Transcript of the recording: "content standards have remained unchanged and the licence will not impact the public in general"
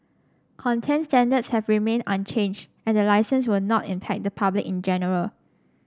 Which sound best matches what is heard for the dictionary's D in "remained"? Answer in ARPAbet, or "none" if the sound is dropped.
none